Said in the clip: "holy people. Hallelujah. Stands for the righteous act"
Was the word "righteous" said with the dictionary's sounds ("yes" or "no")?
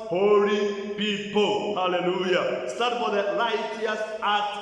no